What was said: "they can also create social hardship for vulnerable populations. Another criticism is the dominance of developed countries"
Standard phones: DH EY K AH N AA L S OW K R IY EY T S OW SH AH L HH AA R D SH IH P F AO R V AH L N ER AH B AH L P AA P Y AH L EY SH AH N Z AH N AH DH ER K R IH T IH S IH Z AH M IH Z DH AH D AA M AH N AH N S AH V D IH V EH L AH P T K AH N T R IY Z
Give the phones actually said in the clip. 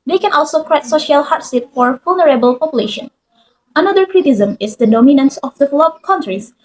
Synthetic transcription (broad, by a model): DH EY K AH N AA L S OW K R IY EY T S OW SH AH L HH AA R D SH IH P F AO R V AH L N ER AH B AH L P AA P Y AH L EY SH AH N AH N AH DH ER K R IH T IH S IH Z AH M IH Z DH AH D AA M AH N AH N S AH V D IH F L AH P K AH N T R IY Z